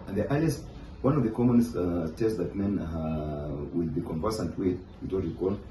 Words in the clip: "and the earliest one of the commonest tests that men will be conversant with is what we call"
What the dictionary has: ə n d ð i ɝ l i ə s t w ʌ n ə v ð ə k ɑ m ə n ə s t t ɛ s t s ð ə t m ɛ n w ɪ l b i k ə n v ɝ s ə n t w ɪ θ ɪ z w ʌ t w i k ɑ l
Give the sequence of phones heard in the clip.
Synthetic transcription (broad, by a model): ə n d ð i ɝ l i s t w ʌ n ə v ð ə k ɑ m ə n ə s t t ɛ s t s ð ə t m ɛ n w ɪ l b i k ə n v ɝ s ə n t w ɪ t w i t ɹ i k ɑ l